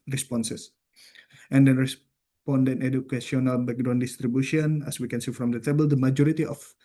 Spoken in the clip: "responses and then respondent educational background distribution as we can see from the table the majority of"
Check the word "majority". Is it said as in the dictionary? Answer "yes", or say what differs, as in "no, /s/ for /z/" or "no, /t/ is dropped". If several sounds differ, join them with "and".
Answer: yes